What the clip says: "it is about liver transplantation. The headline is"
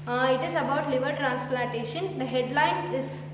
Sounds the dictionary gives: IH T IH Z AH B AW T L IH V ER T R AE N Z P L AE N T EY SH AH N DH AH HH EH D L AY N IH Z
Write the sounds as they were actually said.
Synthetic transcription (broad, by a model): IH T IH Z AH B AW T L IH V ER T R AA N S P L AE N T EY SH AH N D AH HH EH D L AY N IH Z